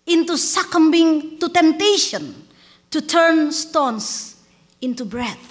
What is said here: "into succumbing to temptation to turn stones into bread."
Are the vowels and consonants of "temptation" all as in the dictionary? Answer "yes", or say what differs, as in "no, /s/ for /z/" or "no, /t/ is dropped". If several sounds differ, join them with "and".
yes